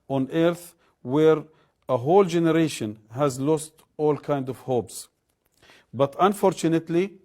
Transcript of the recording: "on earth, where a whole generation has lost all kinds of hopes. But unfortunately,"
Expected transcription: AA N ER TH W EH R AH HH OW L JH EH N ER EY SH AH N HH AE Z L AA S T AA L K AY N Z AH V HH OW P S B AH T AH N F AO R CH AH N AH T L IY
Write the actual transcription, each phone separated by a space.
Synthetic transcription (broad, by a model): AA N ER TH W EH R AH HH OW L JH EH N ER EY SH AH N HH AE Z L AA S T AA L K AY N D AH V HH OW P S B AH T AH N F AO R CH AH N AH T L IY